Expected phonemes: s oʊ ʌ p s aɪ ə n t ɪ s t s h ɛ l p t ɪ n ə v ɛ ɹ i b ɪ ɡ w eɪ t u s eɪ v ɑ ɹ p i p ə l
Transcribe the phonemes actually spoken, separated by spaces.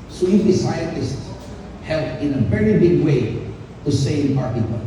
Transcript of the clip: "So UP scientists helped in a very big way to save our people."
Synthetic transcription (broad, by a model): s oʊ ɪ f s aɪ ə n t ɪ s t s h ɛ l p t ɪ n ə v ɛ ɹ i b ɪ ɡ w eɪ t u s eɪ p ɑ ɹ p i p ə